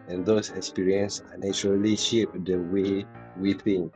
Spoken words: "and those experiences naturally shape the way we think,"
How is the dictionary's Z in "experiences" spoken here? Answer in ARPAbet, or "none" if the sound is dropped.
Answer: none